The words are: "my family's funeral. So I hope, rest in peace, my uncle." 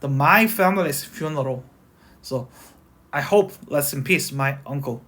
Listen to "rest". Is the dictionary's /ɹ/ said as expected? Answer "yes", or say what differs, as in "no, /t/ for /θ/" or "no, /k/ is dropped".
no, /l/ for /ɹ/